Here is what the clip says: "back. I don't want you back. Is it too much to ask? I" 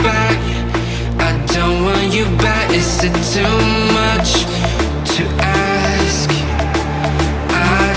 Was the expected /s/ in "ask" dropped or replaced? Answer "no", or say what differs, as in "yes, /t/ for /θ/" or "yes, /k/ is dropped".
no